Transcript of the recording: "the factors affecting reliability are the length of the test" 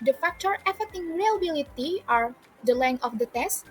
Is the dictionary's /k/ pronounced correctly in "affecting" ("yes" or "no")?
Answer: no